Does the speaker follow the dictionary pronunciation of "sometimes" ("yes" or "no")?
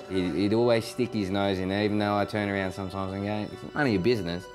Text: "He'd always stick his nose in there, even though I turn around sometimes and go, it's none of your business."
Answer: yes